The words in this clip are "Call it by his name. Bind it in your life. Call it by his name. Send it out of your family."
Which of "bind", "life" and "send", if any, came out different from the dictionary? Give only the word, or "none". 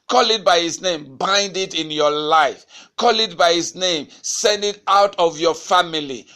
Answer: none